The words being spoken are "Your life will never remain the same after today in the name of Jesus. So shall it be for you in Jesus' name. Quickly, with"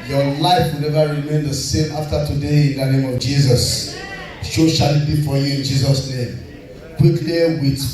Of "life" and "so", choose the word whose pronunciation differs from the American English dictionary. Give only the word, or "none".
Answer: so